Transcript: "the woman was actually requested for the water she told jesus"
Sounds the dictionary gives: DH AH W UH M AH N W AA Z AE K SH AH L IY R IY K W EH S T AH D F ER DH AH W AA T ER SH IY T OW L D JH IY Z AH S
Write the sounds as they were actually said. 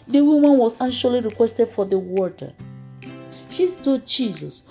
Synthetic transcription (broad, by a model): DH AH W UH M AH N W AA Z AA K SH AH L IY R IY K W EH S T AH D F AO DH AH W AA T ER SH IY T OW D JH IY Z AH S